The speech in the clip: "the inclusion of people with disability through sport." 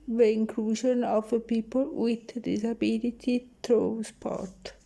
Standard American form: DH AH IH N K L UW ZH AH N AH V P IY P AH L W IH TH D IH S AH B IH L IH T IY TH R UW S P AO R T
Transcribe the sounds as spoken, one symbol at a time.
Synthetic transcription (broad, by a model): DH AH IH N K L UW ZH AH N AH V P IY P AH L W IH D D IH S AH B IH L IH T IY T R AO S P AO R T